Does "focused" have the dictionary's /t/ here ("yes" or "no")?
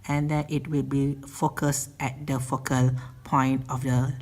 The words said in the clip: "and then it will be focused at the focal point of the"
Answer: yes